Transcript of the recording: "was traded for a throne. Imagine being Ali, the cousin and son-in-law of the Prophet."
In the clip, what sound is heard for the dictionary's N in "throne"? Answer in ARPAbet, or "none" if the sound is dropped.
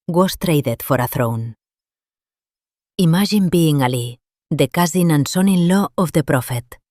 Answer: N